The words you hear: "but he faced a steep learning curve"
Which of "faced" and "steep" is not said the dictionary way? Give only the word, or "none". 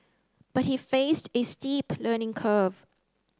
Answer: none